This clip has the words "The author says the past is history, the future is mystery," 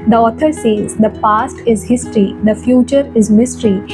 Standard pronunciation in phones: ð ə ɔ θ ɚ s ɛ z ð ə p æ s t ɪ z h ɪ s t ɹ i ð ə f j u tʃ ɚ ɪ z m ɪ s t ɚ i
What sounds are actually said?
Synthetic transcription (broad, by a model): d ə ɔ t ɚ s ɛ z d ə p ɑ s t ɪ z h ɪ s t ɹ i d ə f j u tʃ ɚ ɪ z m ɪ s t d i